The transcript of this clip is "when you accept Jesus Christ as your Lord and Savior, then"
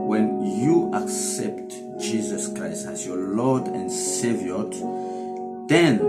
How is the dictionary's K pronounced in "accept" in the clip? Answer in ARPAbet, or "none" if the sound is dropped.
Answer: K